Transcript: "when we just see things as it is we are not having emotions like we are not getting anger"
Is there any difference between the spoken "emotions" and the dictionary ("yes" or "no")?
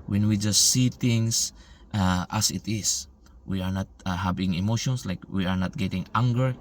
yes